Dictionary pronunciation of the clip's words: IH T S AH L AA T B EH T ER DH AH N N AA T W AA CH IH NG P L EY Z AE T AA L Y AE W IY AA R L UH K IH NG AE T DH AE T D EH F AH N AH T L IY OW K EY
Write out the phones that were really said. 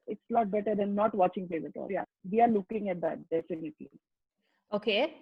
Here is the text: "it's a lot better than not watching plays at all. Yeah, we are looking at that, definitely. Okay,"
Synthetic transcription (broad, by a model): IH T S L AA T B EH T ER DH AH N N AA T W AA CH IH NG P EY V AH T AA L Y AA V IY AA R L UH K IH NG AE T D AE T D EH F AH N AH T L IY OW K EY